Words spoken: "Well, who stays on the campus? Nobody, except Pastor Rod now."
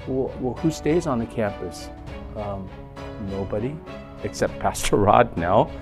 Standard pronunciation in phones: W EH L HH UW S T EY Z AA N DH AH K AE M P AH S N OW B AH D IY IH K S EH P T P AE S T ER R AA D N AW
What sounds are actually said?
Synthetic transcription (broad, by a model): W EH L HH UW S T EY Z N DH AH K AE M P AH S N OW B AH D IY IH K S EH P T P AE S T ER R AA D N AW